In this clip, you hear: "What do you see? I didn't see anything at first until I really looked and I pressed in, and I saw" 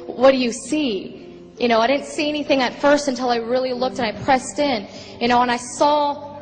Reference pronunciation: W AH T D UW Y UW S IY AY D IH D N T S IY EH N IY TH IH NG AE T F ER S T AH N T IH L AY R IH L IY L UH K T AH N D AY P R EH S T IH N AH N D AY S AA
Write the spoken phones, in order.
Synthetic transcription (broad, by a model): W AH T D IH Y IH S IY AY D IH D N T S IY EH N IY TH IH NG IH T F ER S T AH N T IH L AY R IH L IY L UH K T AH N AY P R EH S T IH N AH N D AY S AA